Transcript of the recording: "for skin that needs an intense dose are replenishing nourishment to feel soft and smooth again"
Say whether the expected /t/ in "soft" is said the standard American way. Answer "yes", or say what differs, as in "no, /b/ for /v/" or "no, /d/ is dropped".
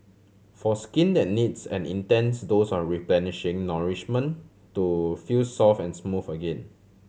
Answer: no, /t/ is dropped